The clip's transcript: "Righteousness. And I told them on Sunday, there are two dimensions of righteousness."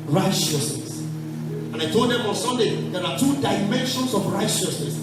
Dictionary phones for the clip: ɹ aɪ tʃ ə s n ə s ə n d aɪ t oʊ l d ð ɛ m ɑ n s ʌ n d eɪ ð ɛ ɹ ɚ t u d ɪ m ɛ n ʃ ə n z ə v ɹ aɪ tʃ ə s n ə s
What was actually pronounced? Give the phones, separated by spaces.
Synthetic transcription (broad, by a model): ɹ aɪ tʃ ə s n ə s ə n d aɪ t oʊ l d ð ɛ m ɑ n s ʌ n d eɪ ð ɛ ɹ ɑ t u d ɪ m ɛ n ʃ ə n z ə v ɹ aɪ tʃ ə s n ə s